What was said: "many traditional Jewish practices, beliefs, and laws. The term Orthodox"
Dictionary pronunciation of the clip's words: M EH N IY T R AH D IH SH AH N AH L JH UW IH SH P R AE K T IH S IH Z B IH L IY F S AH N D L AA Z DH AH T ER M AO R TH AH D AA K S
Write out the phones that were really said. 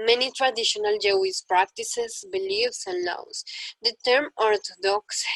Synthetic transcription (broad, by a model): M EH N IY T R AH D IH SH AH N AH L JH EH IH S P R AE K T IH S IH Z B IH L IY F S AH N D L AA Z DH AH T ER M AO R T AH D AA K S